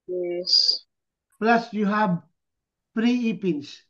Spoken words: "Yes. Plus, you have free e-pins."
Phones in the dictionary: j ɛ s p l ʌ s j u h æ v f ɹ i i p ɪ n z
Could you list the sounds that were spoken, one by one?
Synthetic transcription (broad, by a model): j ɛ s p l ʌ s j u h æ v p ɹ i i p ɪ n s